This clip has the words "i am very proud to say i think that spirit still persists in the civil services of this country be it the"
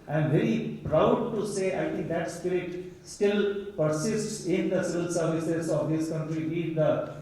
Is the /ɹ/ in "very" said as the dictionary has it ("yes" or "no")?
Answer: yes